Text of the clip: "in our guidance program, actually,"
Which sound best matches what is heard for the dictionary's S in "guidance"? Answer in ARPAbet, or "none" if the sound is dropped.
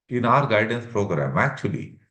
S